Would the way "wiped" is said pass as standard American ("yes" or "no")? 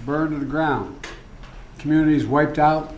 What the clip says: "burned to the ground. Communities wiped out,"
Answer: yes